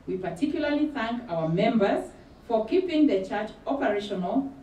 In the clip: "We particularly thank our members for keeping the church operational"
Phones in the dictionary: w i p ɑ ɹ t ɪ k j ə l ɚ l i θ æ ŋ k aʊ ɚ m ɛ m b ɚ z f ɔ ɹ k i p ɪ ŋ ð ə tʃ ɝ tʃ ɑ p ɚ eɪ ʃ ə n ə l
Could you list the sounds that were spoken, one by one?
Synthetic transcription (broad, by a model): w i p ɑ ɹ t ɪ k j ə l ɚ l i θ æ ŋ k aʊ ɚ m ɛ m b ɚ z f ɔ ɹ k i p ɪ ŋ ð ə tʃ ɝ tʃ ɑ p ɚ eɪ ʃ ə n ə l